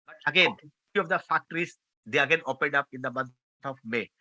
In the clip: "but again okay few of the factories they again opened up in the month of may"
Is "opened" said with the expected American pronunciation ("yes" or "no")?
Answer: yes